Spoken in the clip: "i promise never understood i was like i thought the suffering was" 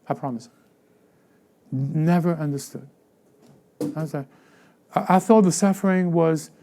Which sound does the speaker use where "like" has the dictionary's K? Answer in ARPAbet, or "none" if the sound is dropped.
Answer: none